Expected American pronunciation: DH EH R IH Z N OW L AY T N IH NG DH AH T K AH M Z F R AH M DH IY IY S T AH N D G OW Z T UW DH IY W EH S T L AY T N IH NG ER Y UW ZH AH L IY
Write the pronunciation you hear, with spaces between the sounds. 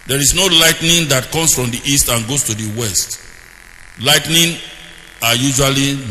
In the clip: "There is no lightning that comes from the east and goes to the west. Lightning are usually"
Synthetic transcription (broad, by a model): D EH R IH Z N OW L AY T N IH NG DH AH T K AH M S F R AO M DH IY IY S T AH N G OW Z T UW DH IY W EH S T L AY T N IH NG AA Y UW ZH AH L IY